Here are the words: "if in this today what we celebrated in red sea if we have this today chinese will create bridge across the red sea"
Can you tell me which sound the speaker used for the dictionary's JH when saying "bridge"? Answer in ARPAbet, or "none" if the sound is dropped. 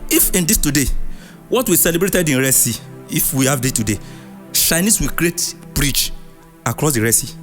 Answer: CH